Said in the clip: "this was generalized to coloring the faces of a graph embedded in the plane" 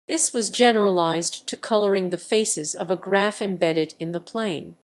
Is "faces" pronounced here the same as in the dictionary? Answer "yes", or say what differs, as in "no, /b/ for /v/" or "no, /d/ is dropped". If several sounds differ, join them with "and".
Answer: yes